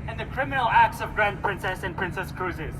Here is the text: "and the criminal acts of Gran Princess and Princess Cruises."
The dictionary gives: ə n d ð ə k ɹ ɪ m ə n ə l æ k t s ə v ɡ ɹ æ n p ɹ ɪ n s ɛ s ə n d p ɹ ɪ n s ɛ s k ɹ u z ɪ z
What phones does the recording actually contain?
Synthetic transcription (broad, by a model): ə n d ð ə k ɹ ɪ m ə n ə l æ k t s ə v ɡ ɹ æ n p ɹ ɪ n s ɛ s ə n p ɹ ɪ n s ɛ s k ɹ u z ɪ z